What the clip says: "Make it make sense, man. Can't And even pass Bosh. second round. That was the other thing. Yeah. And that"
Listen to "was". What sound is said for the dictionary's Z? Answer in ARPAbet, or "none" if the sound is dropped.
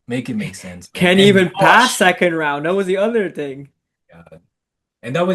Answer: Z